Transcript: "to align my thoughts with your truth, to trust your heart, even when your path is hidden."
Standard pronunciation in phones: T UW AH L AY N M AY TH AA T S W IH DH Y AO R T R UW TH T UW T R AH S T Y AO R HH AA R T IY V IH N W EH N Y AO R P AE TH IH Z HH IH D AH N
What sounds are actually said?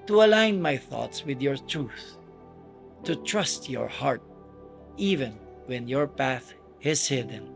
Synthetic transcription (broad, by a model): T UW AH L AY N M AY TH AA T S W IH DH Y AO R T R UW TH T UW T R AH S T Y AO R HH AA R T IY V IH N W EH N Y AO R P AE TH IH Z HH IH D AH N